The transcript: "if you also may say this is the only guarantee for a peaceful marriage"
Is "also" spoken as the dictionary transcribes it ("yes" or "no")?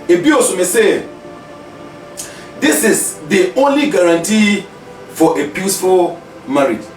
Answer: no